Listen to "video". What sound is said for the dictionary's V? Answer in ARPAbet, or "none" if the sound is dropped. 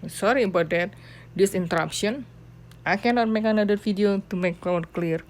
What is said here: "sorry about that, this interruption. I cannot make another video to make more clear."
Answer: F